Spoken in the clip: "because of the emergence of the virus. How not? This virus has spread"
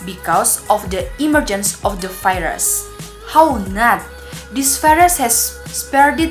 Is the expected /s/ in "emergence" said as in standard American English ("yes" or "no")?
yes